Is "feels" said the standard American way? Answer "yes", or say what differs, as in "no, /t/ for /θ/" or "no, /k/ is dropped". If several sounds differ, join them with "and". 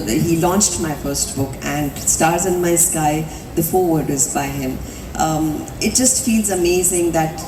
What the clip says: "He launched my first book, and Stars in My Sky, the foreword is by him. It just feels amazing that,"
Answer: yes